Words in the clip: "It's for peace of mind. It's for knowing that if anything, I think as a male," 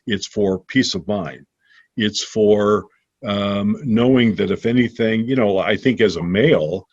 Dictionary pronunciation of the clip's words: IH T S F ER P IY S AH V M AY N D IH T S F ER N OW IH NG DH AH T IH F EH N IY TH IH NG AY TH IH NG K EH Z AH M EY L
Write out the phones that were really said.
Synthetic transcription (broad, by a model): IH T S F ER P IY S AH V M AY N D IH T S F ER N OW IH NG DH AH T IH F EH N IY TH IH NG AY TH IH NG K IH Z AH M EY L